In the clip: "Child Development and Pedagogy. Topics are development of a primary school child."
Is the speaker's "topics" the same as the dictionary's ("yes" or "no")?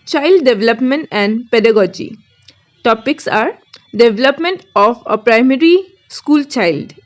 yes